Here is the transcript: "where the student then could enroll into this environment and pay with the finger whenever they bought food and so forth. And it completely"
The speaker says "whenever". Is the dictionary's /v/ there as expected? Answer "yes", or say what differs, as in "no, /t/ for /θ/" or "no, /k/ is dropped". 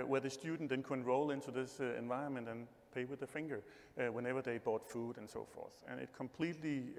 yes